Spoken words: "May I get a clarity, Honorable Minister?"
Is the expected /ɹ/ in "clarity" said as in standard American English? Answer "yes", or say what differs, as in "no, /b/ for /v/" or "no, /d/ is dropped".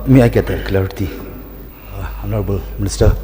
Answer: no, /ɹ/ is dropped